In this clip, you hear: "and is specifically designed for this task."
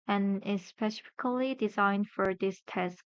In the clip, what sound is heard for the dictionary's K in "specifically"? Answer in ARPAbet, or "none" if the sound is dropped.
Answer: K